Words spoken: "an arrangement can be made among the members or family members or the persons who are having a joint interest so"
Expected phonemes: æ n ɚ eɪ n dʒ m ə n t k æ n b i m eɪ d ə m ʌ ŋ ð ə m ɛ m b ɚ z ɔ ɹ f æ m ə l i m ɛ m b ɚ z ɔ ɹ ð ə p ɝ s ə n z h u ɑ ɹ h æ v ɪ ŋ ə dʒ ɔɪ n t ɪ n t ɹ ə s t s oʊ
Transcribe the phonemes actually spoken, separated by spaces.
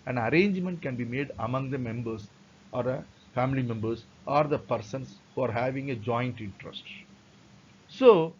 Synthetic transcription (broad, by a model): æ n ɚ eɪ n dʒ m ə n t k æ n b i m eɪ d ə m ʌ ŋ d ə m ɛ m b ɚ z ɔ ɹ f æ m ə l i m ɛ m b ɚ s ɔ ɹ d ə p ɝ s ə n s h u ɑ ɹ h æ v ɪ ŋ ə dʒ ɔɪ n t ɪ n t ɹ ə s t s oʊ